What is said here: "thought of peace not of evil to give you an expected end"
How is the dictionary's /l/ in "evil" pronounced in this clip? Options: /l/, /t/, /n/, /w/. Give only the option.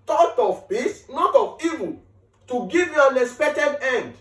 /n/